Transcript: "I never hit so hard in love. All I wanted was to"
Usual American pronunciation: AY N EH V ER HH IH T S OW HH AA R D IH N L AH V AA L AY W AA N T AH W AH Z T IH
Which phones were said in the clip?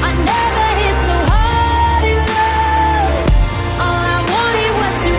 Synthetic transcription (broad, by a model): AY N EH V ER HH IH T S OW HH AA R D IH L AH AA L AY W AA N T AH W AH Z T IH